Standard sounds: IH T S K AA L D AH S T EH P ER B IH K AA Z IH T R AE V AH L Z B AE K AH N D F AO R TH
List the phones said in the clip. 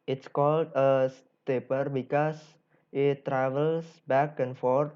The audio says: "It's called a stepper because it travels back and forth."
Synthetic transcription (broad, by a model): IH T S K AA L D AH S T EH P ER B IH K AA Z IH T R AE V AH L S B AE K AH N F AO R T